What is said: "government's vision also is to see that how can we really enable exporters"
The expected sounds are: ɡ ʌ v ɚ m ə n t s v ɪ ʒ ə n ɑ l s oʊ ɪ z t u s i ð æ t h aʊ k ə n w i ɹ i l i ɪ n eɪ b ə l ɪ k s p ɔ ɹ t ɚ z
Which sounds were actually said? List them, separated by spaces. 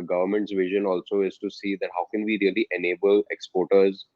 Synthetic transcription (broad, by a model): ɡ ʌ v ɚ m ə n t s v ɪ ʒ ə n ɑ l s oʊ ɪ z t u s i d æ t h aʊ k ə n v i ɹ i l i ɪ n eɪ b ə l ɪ k s p ɔ ɹ t ɚ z